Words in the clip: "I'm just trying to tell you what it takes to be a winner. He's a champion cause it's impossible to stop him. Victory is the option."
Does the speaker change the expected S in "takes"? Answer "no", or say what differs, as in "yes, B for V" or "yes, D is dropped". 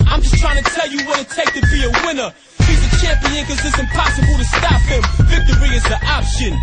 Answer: yes, S is dropped